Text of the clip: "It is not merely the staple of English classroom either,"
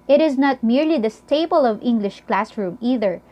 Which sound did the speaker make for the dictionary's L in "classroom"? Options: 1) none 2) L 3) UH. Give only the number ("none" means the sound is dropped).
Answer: 2